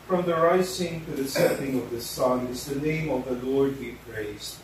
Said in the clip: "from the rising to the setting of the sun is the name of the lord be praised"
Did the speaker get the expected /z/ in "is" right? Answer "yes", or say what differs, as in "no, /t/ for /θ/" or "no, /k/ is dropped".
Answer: yes